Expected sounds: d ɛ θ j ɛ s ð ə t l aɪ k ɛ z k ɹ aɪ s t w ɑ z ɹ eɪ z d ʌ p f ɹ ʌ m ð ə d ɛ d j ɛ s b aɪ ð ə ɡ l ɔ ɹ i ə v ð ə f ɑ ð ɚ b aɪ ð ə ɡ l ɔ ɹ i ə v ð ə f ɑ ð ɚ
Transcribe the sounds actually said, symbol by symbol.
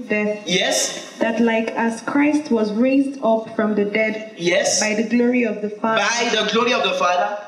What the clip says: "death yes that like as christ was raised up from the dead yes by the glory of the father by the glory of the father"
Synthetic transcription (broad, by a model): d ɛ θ j ɛ s ð ə t l aɪ k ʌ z k ɹ aɪ s t w ɑ z ɹ eɪ z d ʌ p f ɹ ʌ m ð ə d ɛ d j ɛ s b aɪ ð ə ɡ l ɔ ɹ i ə v ð ə f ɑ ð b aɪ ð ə ɡ l ɔ ɹ i ə v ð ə f ɑ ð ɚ